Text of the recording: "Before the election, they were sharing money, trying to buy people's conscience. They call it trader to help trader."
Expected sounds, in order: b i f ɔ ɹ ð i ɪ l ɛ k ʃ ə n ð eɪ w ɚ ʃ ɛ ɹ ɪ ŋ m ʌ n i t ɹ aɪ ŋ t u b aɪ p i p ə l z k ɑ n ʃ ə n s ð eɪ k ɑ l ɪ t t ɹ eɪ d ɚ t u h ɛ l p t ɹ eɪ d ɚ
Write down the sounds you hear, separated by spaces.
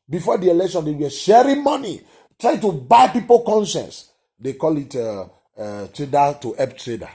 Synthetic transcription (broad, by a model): b i f ɔ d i ɪ l ɛ k ʃ ə n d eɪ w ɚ ʃ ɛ ɹ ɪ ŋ m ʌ n i t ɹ aɪ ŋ t u b aɪ p i p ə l k ɑ n ʃ ə n s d eɪ k ɑ l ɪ t t ɹ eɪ d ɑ t u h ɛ p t ɹ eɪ d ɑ